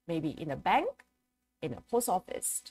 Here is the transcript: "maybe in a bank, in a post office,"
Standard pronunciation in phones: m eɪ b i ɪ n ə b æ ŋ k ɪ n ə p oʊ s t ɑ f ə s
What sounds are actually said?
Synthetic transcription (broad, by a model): m eɪ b i ɪ n ə b æ ŋ k ɪ n ə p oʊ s ɑ f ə s